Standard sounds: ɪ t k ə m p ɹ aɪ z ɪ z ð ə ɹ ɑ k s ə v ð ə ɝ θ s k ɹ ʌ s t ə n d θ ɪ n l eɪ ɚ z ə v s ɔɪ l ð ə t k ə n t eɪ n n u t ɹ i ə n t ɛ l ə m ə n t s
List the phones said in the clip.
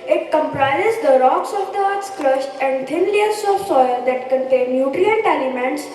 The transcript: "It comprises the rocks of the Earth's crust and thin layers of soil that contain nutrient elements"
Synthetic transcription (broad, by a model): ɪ t k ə m p ɹ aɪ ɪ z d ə ɹ ɑ k s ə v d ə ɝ t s k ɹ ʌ ʃ t ə n d t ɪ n l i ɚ s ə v s ɔɪ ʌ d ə t k ə n t eɪ n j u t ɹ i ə n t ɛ l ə m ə n t s